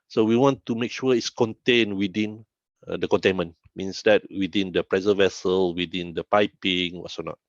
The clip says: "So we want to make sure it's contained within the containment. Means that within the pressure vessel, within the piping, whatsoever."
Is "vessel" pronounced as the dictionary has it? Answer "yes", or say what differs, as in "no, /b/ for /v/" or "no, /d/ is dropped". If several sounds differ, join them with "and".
yes